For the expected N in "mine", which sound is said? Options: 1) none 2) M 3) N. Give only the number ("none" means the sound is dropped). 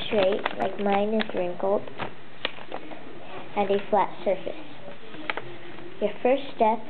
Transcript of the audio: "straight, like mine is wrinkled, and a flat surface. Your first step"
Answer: 3